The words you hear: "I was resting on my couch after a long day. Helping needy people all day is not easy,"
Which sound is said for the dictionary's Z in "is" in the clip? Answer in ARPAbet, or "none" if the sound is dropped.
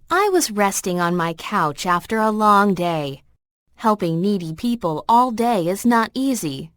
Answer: Z